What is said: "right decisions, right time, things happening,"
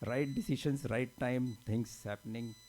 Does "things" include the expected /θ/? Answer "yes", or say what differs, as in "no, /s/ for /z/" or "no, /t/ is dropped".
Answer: no, /t/ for /θ/